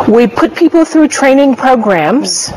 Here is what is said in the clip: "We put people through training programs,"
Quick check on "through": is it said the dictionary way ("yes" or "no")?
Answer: yes